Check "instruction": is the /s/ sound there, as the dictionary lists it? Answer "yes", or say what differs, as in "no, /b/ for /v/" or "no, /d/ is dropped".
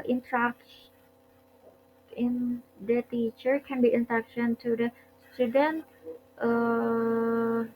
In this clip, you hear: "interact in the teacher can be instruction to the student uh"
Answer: no, /s/ is dropped